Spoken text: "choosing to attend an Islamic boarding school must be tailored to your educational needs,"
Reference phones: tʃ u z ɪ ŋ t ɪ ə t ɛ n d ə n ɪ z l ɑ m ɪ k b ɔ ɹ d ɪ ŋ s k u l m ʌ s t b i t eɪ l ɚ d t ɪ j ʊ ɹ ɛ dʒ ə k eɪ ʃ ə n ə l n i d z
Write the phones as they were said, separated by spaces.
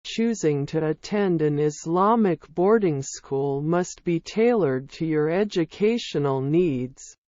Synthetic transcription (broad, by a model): tʃ u z ɪ ŋ t ɪ ə t ɛ n d ə n ɪ z l ɑ m ɪ k b ɔ ɹ d ɪ ŋ s k u l m ʌ s t b i t eɪ l ɚ d t ɪ j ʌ ɹ ɛ dʒ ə k eɪ ʃ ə n l n i d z